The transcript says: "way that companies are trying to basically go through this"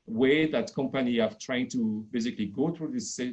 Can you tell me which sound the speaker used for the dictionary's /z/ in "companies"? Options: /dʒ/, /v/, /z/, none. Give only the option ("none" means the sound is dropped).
none